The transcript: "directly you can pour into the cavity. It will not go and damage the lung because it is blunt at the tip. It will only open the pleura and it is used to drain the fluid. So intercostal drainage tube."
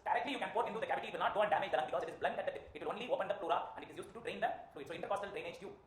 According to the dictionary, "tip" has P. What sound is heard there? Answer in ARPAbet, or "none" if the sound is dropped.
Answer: none